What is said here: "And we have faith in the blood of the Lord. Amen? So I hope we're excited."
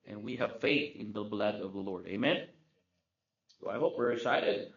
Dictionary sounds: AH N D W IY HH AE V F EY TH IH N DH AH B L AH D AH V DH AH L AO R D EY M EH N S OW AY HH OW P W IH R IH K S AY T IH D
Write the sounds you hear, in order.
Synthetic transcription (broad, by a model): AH N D W IY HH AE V F EY TH IH N DH AH B L AH D AH V DH AH L AO R D EY M EH N S OW AY HH OW P W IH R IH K S AY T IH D